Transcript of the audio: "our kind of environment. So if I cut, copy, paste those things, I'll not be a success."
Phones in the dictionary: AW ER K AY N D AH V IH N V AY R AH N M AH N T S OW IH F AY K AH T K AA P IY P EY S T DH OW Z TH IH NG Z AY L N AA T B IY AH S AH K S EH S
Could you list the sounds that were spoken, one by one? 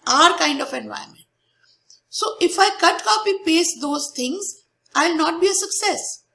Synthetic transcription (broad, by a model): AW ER K AY N D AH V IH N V AY AH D M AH N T S OW IH F AY K AH T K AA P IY P EY S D OW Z T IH NG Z AY L N AA T B IY AH S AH K S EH S